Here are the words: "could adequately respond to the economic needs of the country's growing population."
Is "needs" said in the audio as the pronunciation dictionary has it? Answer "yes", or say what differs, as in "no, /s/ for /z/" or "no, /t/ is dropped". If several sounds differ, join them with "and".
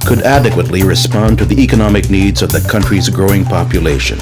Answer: yes